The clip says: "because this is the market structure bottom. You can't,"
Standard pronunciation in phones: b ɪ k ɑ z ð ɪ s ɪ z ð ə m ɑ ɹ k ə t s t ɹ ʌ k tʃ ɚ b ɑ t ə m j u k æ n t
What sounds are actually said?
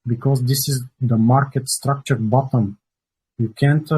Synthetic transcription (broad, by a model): b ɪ k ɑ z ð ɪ s ɪ z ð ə m ɑ ɹ k ə t s t ɹ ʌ k tʃ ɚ b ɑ t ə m j u k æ n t